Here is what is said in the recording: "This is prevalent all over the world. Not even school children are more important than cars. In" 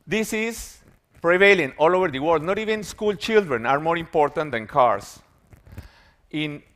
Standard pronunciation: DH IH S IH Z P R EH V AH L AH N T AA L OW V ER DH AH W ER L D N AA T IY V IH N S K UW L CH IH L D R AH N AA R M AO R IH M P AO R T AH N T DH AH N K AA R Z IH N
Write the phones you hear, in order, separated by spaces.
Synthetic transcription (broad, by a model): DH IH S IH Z P R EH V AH L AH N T AA L OW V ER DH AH W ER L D N AA T IY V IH N S K UW L CH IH L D R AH N AA R M AO R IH M P AO R T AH N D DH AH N K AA R S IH N